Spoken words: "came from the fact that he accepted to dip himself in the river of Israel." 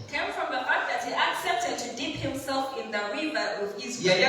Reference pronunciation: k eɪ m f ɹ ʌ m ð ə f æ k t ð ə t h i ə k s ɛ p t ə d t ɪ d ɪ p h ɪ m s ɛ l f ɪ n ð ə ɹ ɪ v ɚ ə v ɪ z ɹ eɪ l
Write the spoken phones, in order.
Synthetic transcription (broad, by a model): k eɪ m f ɹ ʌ m ð ə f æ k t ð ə t h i ə k s ɛ p t ə d t ɪ d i p h ɪ m s ɛ l f ɪ n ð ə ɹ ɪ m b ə w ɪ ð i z